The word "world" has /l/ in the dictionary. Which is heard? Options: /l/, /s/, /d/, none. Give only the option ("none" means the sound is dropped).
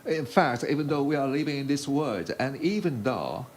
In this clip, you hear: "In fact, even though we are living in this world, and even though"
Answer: none